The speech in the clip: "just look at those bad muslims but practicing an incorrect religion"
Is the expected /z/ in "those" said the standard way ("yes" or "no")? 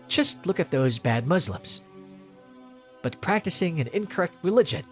yes